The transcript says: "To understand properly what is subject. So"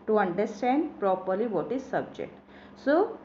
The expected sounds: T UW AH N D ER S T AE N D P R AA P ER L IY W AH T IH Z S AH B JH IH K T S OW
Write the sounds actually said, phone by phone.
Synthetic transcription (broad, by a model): T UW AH N D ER S T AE N D P R AA P ER L IY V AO T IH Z S AH B JH IH K T S OW